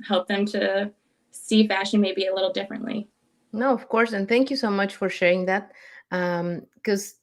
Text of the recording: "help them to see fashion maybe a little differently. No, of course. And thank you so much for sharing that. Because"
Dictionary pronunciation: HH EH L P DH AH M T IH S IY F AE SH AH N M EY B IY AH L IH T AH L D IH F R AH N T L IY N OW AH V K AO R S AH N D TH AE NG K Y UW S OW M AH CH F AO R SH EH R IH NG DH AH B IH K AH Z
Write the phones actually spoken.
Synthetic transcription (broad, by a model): HH EH L P DH AH M T IH S IY F AE SH AH N M EY B IY AH L IH T L D IH F R AH N T L IY N OW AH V K AO R S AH N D TH AE NG K Y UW S OW M AH CH F AO R SH EH R IH NG DH AH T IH K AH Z